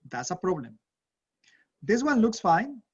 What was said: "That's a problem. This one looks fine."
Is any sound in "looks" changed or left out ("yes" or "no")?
no